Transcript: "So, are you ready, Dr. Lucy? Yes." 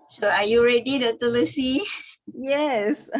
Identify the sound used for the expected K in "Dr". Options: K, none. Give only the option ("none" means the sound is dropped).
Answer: none